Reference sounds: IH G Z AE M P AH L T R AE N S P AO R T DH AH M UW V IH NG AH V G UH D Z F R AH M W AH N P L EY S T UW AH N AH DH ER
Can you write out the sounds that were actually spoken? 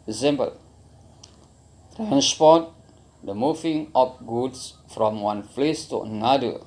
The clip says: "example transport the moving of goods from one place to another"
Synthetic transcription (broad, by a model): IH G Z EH M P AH L T R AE N S P AO T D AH M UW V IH NG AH P G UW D S F R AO M W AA N F L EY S T UW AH N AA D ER